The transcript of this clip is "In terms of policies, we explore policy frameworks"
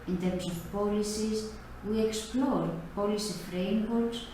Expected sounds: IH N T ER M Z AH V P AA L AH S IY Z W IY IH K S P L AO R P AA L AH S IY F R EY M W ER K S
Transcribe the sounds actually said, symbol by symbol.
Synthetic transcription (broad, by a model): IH N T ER M S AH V P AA L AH S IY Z W IY IH K S P L AO R P AA L AH S IY F R EY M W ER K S